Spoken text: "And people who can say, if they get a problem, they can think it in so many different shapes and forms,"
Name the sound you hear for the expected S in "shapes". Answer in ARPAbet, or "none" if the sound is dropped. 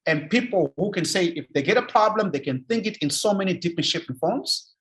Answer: none